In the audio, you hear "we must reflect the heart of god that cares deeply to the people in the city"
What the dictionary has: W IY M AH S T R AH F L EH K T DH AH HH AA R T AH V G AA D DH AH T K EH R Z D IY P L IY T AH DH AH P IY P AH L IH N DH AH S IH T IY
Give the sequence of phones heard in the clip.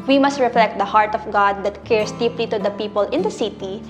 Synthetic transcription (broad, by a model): W IY M AH S T R AH F L EH K T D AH HH AA R T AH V G AA D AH T K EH R S D IY P L IY T AH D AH P IY P AH L IH N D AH S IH T IY